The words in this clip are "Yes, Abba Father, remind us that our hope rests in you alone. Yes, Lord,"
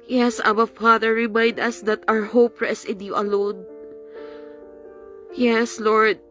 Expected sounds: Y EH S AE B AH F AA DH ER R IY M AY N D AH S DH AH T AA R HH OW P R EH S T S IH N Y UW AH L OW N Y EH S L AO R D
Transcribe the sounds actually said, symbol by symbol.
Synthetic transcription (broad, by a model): Y EH S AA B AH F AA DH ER R IY M AY N D AH S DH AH T AA R HH OW P R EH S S IH N Y UW AH L OW N Y EH S L AO R D